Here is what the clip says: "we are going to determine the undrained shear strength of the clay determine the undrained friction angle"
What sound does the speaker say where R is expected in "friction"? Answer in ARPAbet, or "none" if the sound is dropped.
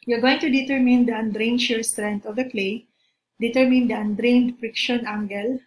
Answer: R